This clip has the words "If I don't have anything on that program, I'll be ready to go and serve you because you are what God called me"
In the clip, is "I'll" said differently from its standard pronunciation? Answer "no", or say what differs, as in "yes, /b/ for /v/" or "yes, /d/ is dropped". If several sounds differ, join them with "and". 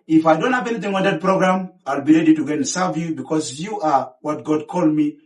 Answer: no